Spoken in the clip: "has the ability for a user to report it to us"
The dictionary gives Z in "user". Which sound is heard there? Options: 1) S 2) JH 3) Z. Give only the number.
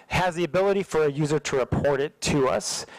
3